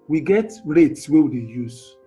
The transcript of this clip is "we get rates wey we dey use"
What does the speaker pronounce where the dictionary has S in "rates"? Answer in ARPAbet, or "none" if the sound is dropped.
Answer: S